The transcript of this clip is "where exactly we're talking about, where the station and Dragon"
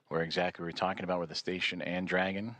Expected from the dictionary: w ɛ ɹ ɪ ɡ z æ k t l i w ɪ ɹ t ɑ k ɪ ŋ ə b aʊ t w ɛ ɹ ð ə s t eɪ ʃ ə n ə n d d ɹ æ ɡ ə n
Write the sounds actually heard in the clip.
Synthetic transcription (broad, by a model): w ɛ ɹ ɪ ɡ z æ k t l i w ɪ ɹ t ɑ k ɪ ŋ ə b aʊ t w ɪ ð ə s t eɪ ʃ ə n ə n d d ɹ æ ɡ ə n